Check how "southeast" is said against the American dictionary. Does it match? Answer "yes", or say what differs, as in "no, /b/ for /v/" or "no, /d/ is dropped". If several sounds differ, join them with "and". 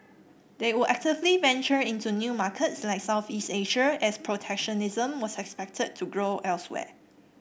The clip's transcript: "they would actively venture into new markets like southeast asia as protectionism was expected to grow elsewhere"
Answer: yes